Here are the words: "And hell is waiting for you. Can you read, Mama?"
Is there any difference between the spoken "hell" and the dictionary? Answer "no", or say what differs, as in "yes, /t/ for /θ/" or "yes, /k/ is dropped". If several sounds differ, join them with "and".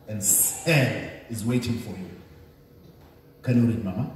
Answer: yes, /n/ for /l/